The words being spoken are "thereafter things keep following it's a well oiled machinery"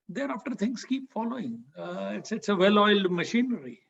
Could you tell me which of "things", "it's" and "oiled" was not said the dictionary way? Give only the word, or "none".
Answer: things